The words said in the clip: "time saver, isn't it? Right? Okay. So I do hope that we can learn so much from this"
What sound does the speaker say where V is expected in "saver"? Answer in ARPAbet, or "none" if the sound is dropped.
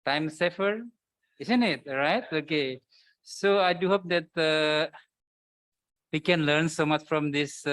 F